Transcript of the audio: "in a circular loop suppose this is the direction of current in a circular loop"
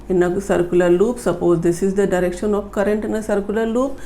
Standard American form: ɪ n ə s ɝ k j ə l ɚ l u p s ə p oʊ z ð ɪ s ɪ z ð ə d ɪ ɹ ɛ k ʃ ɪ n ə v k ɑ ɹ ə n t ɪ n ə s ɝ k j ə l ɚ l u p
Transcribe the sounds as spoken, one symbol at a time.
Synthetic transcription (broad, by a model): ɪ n ə s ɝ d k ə l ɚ l u p s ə p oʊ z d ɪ s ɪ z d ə d ɪ ɹ ɛ k ʃ ɪ n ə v k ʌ ɹ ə n t ɪ n ə s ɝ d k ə l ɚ l u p